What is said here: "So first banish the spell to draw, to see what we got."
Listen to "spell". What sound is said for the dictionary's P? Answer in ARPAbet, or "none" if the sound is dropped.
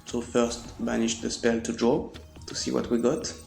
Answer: P